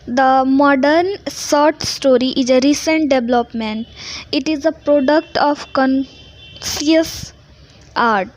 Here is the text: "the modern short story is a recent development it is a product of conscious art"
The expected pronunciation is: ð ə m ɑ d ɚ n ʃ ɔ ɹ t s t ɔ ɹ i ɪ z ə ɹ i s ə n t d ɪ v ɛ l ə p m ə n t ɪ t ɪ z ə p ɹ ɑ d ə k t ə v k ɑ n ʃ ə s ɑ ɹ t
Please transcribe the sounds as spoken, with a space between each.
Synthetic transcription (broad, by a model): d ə m ɑ d ɚ n s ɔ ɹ t s t ɔ ɹ i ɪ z ə ɹ i s ə n t d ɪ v l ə p m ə n t ɪ t ɪ z ə p ɹ ɑ d ə k t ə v k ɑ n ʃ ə s ɑ ɹ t